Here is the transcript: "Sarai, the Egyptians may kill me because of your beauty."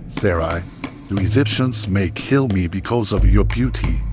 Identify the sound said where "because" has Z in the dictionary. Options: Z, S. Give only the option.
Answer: Z